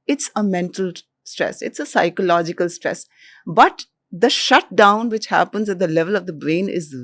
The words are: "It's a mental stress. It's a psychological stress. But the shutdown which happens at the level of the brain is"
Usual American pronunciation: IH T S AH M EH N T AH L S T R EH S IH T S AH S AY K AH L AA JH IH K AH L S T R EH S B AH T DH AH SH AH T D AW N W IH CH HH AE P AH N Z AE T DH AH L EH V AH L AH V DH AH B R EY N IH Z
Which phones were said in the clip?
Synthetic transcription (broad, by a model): IH T S AH M EH N T AH L S T R EH S IH T S AH S AY K AH L AA JH IH K AH L S T R EH S B AH T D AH SH AH T D AW N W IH CH HH AE P AH N Z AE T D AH L EH V AH L AH V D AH B R EY N IH Z